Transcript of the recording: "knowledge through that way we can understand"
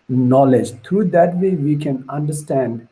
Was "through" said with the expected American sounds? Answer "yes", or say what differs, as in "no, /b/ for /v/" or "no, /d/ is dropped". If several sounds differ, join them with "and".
no, /t/ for /θ/